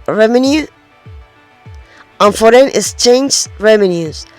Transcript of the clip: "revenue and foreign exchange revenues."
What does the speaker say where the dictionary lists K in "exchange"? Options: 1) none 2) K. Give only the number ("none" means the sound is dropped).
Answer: 1